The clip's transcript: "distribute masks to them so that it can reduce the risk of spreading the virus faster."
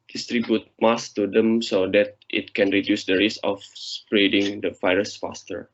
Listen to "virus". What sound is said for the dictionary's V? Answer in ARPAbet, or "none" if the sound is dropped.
F